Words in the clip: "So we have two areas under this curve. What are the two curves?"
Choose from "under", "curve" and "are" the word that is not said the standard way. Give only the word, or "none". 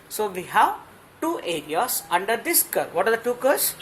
none